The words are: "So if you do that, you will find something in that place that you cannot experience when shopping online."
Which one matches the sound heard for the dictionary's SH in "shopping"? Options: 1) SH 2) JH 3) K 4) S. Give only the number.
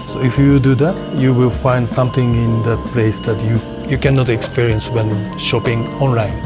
1